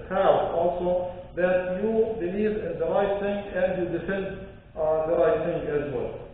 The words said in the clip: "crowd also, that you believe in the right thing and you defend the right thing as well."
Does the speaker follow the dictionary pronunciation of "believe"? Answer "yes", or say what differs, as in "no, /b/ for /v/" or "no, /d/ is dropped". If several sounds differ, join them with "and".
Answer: no, /n/ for /l/